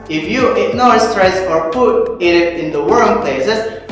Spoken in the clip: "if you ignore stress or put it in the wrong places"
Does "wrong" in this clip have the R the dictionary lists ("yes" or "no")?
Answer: no